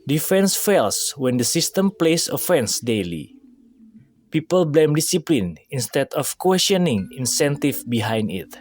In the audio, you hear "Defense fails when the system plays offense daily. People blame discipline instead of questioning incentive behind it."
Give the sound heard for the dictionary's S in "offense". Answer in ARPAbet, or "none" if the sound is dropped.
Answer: S